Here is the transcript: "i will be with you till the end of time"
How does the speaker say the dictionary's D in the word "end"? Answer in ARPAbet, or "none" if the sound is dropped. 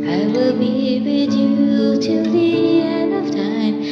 none